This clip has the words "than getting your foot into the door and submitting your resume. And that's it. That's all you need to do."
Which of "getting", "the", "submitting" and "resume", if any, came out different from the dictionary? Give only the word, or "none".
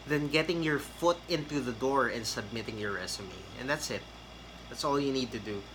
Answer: resume